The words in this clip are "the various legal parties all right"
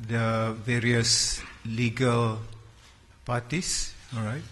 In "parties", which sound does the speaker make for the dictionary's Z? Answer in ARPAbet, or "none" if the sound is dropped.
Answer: S